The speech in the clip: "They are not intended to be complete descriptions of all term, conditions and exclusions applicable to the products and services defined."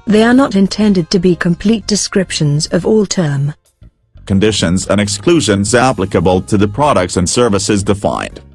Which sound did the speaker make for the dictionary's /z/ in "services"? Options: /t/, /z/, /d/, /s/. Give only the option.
/z/